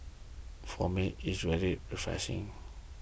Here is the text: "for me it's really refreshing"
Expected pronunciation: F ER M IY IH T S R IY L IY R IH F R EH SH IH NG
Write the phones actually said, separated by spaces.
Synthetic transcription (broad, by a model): F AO M IY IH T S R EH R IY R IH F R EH S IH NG